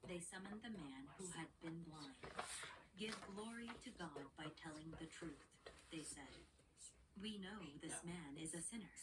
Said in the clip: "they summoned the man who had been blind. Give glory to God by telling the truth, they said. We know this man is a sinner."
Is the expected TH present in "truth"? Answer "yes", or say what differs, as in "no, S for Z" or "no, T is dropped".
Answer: yes